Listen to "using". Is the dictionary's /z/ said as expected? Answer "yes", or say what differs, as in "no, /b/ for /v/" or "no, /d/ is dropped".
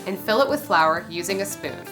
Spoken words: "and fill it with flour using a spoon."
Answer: yes